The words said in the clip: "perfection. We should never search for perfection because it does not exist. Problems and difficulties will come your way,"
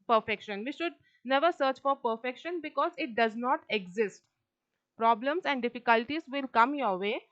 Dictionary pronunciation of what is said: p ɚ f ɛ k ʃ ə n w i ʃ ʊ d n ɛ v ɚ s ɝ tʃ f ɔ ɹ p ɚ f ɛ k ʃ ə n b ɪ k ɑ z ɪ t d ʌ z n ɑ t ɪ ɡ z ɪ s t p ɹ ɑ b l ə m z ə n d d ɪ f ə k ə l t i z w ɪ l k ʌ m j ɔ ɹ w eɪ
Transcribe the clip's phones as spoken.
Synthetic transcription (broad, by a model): p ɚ f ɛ k ʃ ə n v i ʃ ʊ d n ɛ v ɚ s ɝ tʃ f ɔ ɹ p ɚ f ɛ k ʃ ə n b ɪ k ɑ z ɪ t d ʌ z n ɑ t ɪ ɡ z ɪ s t p ɹ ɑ b l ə m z ə n d d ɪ f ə k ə l t i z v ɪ l k ʌ m j ɔ ɹ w eɪ